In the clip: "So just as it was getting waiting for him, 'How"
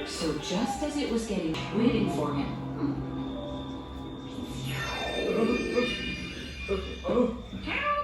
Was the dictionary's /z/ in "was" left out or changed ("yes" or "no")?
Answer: no